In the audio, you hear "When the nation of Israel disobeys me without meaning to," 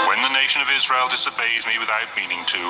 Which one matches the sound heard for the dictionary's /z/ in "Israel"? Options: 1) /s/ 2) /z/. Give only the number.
2